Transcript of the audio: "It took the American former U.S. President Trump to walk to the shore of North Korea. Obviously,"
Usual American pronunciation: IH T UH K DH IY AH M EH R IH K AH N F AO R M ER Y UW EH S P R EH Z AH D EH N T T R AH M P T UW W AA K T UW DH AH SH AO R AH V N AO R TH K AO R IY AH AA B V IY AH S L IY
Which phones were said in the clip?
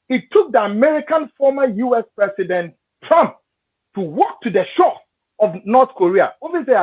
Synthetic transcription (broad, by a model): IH T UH K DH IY AH M EH R IH K AH N F AO M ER Y UW EH S P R EH S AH D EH N T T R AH M P T UW W AA K T UW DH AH SH AO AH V N AO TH K AO R IY AH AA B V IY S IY